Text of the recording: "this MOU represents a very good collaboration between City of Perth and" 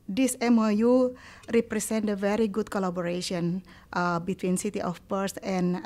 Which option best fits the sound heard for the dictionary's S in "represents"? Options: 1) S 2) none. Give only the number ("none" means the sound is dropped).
2